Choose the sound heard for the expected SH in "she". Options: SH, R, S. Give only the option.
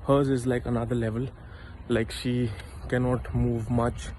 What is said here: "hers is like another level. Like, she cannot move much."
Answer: SH